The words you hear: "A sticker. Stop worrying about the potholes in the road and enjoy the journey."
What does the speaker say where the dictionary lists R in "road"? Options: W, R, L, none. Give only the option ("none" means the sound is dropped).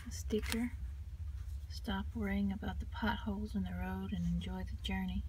R